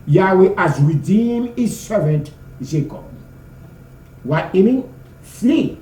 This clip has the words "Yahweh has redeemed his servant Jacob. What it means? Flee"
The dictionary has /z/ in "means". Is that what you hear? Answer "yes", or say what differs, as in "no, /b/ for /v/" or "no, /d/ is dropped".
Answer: no, /z/ is dropped